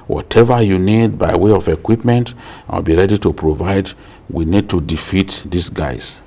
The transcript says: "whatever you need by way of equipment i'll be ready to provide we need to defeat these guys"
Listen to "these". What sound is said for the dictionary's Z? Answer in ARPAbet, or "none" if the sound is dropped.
S